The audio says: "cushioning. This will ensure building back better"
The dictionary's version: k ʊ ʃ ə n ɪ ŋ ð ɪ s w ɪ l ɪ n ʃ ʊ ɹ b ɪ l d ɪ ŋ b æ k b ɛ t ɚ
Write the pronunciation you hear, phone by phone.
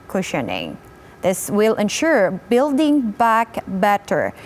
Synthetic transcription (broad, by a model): k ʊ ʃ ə n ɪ ŋ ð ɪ s w ɪ l ɪ n ʃ ʊ ɹ b ɪ l d ɪ ŋ b æ k b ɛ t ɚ